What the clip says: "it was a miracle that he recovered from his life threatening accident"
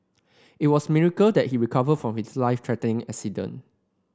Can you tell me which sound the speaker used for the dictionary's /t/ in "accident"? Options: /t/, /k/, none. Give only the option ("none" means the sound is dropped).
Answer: none